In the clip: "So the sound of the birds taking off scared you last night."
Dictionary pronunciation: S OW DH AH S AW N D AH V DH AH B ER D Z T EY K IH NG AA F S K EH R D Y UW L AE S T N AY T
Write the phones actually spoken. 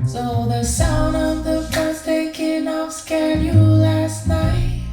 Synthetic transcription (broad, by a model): S OW DH AH S AW N D AH V DH AH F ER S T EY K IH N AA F S K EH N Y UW L AE S T N AY T